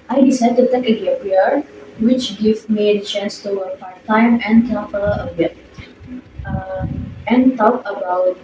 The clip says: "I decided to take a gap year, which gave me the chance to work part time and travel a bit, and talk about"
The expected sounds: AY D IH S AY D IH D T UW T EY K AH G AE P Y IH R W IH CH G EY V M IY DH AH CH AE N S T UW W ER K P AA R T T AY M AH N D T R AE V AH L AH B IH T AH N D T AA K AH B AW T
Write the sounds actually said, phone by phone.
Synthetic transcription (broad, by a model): AY D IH S AY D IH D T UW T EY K AH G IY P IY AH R W IH CH G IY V M IY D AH CH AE N S T UW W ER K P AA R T T AY M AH N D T AO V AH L AH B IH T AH N T AA K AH B AW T